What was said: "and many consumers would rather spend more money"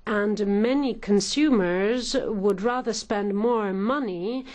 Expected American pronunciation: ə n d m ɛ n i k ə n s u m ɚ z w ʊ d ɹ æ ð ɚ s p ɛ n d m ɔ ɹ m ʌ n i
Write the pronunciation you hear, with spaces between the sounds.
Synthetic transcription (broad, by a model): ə n m ɛ n i k ə n s u m ɚ z w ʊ d ɹ æ ð ɚ s p ɛ n d m ɔ ɹ m ʌ n i